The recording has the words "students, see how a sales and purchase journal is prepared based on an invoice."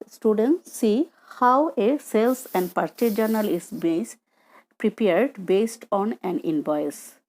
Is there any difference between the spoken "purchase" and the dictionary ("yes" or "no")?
yes